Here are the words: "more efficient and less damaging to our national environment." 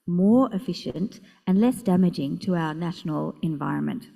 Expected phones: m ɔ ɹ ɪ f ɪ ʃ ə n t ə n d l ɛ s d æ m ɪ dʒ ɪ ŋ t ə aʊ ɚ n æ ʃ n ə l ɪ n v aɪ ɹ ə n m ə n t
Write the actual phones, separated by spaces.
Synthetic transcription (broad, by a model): m ɔ ɹ ɪ f ɪ ʃ ə n t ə n l ɛ s d æ m ɪ dʒ ɪ ŋ t ə aʊ ɚ n æ ʃ n ə l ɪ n v aɪ ɹ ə n m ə n t